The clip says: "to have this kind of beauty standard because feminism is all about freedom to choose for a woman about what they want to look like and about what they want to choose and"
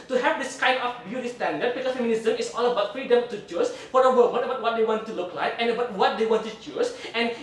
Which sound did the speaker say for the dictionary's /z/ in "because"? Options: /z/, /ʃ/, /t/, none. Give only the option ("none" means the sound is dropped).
none